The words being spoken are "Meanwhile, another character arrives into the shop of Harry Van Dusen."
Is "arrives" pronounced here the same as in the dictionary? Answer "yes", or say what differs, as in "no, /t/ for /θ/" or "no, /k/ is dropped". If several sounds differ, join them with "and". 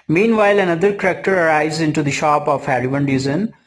no, /v/ is dropped